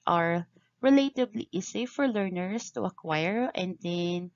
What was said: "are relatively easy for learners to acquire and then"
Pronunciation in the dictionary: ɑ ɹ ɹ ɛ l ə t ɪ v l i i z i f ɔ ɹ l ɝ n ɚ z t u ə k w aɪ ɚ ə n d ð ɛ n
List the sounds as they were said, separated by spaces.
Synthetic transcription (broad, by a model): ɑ ɹ ɹ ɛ l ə t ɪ b l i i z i f ɔ ɹ l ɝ n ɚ s t u ə k w aɪ ɚ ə n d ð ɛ n